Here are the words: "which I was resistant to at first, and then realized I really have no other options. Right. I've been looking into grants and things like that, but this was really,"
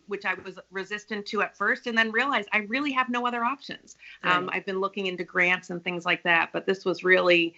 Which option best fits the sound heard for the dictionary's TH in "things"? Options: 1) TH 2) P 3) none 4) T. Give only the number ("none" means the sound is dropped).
1